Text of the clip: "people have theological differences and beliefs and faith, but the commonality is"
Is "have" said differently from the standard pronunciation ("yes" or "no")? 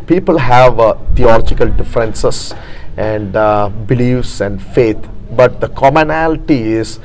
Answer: no